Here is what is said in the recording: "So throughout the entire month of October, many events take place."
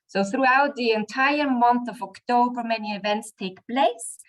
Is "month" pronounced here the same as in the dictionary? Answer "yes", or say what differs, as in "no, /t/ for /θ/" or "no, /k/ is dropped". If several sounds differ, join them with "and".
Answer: yes